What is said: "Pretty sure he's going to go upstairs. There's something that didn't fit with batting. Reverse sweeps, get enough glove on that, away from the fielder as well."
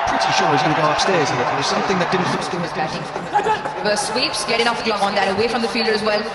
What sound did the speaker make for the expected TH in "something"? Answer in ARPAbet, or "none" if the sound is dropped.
TH